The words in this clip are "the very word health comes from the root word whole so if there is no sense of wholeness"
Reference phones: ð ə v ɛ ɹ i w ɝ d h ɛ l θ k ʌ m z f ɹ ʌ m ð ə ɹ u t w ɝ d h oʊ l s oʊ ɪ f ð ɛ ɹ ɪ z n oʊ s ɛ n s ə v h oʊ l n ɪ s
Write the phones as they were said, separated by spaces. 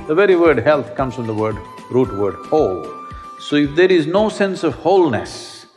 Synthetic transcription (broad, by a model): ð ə v ɛ ɹ i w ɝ d h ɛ l t k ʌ m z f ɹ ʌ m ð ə ɹ u t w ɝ d h oʊ l s oʊ ɪ f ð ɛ ɹ ɪ z n oʊ s ɛ n s ə v h oʊ l n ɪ s